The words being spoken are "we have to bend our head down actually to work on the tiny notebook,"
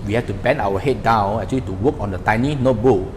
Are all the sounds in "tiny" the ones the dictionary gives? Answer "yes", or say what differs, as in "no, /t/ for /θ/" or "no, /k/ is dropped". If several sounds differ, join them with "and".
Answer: yes